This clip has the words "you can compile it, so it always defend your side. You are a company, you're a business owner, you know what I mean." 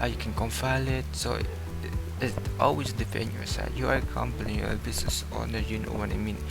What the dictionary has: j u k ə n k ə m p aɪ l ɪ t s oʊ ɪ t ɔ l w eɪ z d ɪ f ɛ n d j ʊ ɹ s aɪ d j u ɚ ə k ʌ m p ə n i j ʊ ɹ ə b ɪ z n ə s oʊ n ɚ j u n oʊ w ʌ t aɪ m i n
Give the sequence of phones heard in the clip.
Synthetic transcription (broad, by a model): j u k ə n k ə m f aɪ l ɪ t s oʊ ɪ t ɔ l w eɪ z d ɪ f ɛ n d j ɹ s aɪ j u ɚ ə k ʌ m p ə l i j ə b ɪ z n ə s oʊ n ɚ j u n oʊ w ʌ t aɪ m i n